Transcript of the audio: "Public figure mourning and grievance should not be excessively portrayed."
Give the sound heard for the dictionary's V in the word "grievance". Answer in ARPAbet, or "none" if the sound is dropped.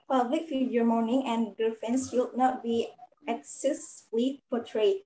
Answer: F